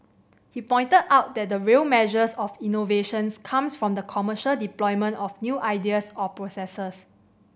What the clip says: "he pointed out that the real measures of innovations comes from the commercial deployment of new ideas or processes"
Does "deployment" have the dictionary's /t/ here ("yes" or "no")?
yes